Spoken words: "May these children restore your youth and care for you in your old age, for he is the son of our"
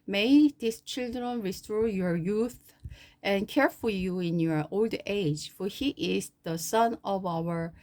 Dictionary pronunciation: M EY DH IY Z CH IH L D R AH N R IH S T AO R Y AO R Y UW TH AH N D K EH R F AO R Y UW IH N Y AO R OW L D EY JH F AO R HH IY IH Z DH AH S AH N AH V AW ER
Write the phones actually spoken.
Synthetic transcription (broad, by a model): M EY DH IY S CH IH L D R AH N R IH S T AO Y AO R Y UW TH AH N K EH R F AO R Y UW IH N Y AO R OW L D EY JH F AO R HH IY IH Z DH AH S AH N AH V AW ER